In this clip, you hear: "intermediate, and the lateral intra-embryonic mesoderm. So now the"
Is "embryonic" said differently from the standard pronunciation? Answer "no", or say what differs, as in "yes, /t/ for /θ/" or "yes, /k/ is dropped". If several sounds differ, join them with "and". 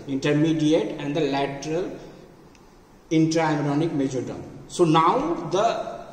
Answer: yes, /b/ is dropped